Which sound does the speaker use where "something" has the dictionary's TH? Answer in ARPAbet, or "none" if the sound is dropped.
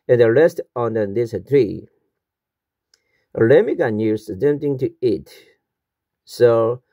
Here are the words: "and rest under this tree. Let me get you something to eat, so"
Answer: T